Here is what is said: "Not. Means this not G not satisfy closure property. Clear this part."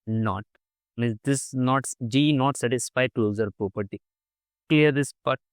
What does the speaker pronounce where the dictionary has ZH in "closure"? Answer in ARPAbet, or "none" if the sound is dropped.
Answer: Z